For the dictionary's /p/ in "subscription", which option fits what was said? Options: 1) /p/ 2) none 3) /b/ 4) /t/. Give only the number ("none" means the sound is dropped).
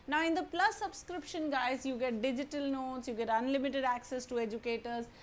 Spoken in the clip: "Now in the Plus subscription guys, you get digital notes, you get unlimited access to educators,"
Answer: 1